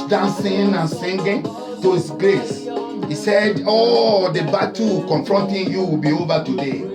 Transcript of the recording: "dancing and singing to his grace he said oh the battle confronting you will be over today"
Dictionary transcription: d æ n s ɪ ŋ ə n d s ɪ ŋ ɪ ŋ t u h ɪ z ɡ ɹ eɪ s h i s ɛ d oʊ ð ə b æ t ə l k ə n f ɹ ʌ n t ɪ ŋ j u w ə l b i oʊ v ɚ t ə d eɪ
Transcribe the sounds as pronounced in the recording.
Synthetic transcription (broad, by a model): d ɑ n s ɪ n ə n s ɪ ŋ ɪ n t u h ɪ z ɡ ɹ eɪ s h i s ɛ d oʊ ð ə b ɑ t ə k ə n f ɹ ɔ n t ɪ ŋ j u w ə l b i oʊ v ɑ t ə d eɪ